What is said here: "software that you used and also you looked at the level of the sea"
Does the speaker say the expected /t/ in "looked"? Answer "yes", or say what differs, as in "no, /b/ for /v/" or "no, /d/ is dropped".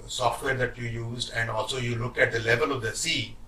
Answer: no, /t/ is dropped